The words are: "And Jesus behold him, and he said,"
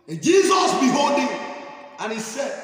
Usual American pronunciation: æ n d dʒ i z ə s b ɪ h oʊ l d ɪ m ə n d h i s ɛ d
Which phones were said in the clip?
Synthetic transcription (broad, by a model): dʒ i z ə s b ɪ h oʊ d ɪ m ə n h i s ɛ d